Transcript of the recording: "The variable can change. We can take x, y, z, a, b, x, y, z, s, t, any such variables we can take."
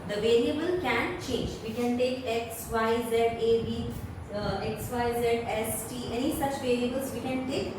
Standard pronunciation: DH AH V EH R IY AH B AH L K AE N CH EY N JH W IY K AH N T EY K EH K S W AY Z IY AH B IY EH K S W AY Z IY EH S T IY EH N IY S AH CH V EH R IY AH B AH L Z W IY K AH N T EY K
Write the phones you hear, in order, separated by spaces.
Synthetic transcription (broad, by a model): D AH V EH R IY AH B AH L K AE N CH EY N JH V IY K AH N T EY K EH K S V AY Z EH AH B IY EH K S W AY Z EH EH S T IY EH N IY S AH CH V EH R IY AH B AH L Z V IY K AH N T EY K